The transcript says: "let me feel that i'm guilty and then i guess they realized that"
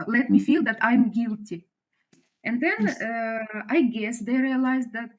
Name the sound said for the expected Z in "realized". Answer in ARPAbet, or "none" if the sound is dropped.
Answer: Z